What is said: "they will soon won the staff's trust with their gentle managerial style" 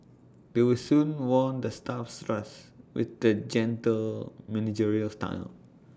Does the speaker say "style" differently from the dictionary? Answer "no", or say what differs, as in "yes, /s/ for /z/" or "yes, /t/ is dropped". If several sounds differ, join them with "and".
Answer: yes, /n/ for /l/